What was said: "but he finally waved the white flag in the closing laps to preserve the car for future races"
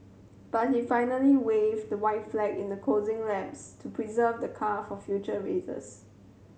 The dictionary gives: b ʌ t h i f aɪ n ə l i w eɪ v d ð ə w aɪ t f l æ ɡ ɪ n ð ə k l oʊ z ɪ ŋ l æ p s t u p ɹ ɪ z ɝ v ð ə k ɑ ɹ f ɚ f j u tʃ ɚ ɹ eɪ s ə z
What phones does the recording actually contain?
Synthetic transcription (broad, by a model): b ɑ t h i f aɪ n ə l i w eɪ v d ə w aɪ t f l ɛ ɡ ɪ n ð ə k oʊ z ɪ ŋ l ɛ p s t u p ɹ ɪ z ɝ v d ə k ɑ f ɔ f j u tʃ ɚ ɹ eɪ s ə s